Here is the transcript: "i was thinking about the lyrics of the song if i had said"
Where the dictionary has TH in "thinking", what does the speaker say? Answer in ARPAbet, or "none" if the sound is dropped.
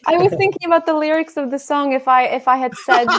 TH